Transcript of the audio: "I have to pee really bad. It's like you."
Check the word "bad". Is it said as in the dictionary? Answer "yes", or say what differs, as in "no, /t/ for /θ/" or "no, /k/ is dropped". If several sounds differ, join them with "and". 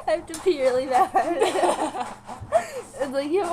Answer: no, /d/ is dropped